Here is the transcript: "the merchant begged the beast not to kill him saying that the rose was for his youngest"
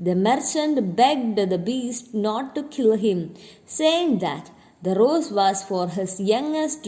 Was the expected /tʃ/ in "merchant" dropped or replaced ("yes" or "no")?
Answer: no